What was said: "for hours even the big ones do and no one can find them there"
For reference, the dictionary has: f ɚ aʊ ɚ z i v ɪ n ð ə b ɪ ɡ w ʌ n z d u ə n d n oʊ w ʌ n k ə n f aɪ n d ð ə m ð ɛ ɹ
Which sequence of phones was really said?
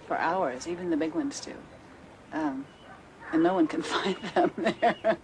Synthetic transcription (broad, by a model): f ɚ aʊ ɚ z i v ɪ n ð ə b ɪ ɡ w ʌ n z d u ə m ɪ n oʊ w ʌ n k ə n f aɪ n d ð ə m ð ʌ ɹ